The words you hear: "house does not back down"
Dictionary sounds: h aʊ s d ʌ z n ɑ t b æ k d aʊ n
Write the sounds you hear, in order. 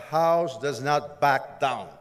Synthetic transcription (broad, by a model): h aʊ s d ʌ z n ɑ t b æ k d aʊ n